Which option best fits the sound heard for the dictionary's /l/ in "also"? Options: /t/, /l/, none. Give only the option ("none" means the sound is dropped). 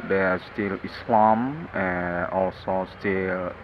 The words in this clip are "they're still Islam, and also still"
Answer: /l/